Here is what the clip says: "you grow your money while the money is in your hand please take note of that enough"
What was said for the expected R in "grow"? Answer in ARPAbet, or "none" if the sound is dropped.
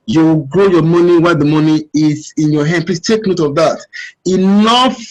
R